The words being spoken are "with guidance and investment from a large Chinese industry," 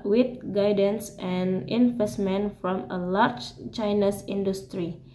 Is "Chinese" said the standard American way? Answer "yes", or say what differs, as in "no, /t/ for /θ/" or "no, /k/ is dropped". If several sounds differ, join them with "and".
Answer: no, /s/ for /z/